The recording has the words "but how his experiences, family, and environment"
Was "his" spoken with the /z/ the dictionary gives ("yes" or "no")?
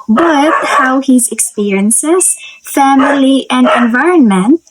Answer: yes